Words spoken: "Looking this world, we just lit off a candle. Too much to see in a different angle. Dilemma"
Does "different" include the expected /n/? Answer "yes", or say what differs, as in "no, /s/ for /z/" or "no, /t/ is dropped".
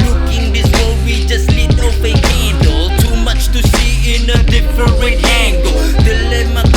no, /n/ is dropped